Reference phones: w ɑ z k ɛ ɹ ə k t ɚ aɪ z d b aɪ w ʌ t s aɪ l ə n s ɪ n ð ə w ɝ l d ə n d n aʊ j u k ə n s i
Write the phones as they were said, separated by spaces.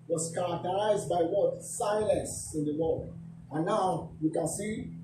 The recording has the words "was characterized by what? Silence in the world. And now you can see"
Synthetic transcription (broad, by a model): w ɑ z k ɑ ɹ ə k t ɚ aɪ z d b aɪ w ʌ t s aɪ l ə n s ɪ n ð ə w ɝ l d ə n n aʊ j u k ə n s i